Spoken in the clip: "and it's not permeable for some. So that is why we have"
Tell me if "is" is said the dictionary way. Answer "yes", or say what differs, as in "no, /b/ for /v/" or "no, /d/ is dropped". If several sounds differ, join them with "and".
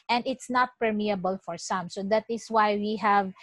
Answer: no, /s/ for /z/